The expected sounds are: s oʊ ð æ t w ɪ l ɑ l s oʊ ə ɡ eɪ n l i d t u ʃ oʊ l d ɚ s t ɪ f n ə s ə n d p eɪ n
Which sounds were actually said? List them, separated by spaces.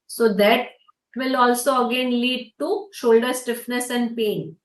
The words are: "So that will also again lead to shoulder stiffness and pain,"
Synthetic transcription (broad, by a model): s oʊ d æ t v ɪ l ɑ l s oʊ ə ɡ eɪ n l i d t u ʃ oʊ l d ɚ s t ɪ f n ə s ə n d p eɪ n